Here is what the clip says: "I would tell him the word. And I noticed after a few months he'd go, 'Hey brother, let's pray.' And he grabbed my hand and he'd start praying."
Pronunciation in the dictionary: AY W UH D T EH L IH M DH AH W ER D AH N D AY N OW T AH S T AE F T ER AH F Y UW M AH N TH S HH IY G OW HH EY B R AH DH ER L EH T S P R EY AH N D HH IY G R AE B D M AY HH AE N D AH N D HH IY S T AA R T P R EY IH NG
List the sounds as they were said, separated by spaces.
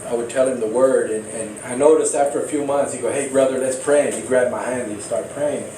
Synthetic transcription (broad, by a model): AY W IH D T EH L IH M DH AH W ER D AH N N AY N OW T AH S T AE F T ER AH F Y UW M AH N TH S HH IY G OW HH EY B R AH DH ER L EH T S P R EY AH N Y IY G R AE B M AY HH AE N D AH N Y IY S T AA R T P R EY IH NG